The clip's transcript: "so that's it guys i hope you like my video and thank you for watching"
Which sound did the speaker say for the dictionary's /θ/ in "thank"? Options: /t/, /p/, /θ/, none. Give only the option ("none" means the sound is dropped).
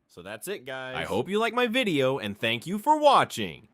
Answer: /θ/